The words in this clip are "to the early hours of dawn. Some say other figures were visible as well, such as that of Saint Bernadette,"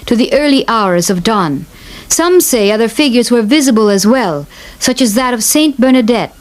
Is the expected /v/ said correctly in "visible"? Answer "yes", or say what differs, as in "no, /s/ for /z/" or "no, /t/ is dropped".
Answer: yes